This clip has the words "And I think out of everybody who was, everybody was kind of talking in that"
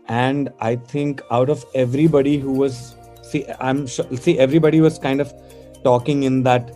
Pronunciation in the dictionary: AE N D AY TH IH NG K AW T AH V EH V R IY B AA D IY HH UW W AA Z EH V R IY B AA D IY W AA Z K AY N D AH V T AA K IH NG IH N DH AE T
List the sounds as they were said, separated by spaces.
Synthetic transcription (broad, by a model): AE N D AY T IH NG K AW T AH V EH V R IY B AA D IY HH UW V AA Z EH V R IY B AA D IY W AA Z K AY N D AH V T AA K IH NG IH N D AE T